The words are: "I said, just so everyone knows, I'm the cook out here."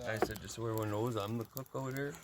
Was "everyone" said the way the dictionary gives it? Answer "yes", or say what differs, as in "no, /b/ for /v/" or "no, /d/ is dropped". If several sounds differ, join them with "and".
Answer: no, /v/ is dropped